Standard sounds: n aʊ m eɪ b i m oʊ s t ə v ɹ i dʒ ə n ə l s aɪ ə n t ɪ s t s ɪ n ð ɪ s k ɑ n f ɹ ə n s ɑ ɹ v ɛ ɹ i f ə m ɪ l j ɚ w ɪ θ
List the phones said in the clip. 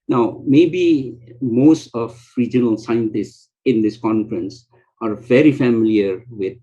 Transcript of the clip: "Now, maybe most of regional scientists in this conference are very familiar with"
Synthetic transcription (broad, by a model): n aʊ m eɪ b i m oʊ s t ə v ɹ i dʒ ə n ə l s aɪ ə n t ɪ s t s ɪ n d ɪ s k ɑ n f ɹ ə n s ɑ ɹ v ɛ ɹ i f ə m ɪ l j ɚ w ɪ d